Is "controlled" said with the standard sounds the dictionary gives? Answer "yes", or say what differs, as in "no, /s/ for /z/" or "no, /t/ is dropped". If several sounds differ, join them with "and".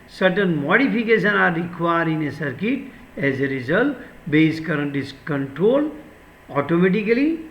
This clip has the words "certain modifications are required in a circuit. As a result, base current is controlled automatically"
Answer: no, /d/ is dropped